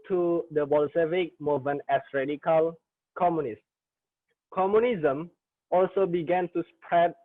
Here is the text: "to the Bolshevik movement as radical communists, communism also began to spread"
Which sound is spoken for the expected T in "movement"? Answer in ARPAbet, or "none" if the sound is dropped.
none